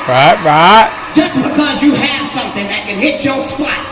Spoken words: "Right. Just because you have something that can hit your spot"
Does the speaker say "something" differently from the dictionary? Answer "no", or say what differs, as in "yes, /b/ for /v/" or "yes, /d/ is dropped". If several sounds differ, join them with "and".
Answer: no